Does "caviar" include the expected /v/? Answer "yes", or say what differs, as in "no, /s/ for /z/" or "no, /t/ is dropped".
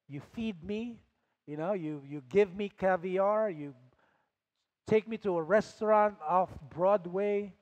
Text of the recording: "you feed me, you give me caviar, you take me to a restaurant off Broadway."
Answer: yes